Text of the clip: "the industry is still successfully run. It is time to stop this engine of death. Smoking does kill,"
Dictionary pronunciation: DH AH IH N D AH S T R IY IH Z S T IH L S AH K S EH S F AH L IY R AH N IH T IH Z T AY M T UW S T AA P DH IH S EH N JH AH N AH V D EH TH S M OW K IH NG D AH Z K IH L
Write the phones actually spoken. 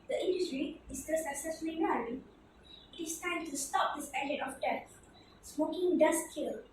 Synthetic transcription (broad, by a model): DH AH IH N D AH S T R IY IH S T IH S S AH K S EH S F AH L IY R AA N IH T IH S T AY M T UW S T AA P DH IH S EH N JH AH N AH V D EH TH S M OW K IH NG D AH S K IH L